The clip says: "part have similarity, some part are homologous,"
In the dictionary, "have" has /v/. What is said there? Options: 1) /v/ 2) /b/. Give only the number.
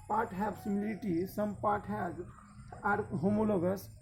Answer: 2